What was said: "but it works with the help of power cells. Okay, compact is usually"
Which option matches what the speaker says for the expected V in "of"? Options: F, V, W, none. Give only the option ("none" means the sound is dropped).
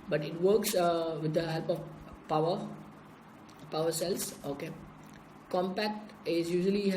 W